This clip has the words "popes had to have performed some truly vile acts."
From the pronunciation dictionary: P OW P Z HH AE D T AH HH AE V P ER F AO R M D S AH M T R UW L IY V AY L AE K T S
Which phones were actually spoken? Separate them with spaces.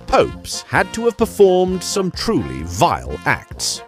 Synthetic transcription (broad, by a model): P OW P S HH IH D T AH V P ER F AO R M D S AH M T R UW L IY V AY L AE K T S